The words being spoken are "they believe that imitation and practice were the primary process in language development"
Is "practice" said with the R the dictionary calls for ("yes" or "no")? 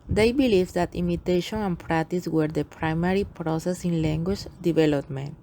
yes